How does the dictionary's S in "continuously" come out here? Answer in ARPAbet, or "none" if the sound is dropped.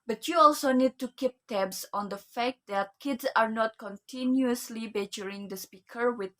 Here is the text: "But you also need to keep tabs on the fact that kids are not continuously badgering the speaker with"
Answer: S